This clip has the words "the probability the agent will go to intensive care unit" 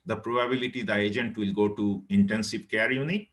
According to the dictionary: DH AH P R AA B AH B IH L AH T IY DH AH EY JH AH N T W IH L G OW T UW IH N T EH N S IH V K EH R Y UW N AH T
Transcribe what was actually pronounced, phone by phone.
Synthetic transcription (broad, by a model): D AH P R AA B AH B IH L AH T IY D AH EY JH AH N T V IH L G OW T UW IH N T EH N S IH P K EH R Y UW N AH T